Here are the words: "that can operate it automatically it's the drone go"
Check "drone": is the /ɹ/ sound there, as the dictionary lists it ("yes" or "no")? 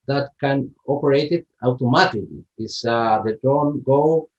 no